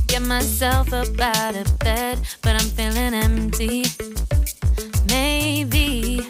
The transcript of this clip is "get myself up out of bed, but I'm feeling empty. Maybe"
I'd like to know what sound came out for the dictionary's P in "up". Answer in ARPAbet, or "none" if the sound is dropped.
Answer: B